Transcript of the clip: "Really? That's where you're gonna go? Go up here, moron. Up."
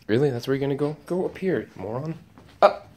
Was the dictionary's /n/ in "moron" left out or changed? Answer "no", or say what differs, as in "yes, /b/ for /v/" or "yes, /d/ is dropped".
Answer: no